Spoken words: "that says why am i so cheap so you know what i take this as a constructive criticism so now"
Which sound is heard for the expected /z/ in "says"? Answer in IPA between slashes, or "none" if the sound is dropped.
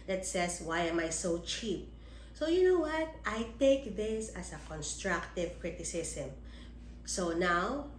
/s/